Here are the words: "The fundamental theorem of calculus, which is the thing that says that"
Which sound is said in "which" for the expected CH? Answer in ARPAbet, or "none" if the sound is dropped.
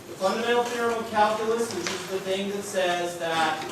S